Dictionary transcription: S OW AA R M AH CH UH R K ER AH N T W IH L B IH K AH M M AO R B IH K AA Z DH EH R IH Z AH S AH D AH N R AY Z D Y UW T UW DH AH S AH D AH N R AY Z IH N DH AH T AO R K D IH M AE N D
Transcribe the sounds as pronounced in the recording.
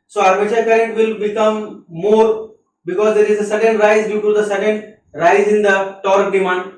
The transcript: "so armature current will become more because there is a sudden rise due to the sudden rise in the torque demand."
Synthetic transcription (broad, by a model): S OW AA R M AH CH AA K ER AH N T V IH L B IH K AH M M AO R B IH K AA Z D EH R IH Z AH S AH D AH N R AY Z D Y UW T UW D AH S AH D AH N R AY Z IH N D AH T AO R K D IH M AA N D